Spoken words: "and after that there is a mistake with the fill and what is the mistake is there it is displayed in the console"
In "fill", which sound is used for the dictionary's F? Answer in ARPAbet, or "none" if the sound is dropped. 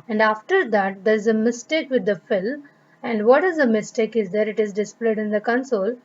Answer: F